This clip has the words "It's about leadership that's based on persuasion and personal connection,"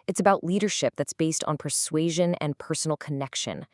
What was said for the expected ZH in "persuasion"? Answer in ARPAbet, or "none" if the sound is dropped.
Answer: ZH